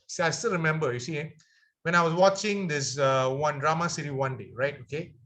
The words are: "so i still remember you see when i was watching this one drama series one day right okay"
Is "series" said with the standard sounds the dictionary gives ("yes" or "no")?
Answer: no